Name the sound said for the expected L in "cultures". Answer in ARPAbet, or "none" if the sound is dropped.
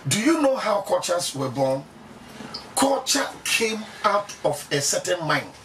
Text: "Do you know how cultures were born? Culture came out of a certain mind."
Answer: none